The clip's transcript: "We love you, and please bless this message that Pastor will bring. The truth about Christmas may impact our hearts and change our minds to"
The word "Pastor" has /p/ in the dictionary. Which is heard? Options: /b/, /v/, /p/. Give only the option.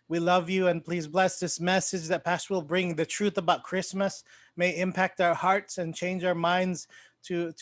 /p/